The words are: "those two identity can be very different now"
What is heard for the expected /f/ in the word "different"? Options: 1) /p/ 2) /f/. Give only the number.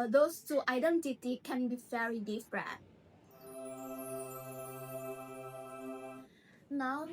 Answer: 1